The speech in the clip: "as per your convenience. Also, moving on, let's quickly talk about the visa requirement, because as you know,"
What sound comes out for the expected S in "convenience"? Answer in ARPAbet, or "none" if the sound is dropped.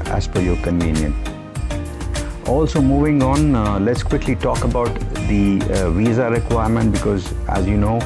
none